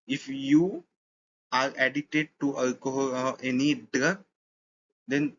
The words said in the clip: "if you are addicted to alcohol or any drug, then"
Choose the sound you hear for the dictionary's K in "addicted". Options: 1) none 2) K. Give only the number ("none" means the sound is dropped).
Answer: 1